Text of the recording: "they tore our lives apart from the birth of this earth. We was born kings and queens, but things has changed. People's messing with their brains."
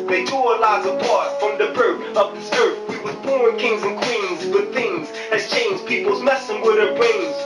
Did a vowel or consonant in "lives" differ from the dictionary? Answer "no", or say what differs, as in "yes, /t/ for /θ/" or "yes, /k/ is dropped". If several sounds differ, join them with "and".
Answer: yes, /v/ is dropped